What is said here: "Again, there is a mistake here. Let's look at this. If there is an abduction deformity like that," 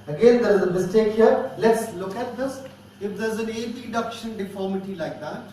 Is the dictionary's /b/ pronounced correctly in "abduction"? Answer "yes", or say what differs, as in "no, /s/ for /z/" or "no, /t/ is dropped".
no, /b/ is dropped